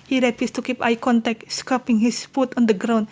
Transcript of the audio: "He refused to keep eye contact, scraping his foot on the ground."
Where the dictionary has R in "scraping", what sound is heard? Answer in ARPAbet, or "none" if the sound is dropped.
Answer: none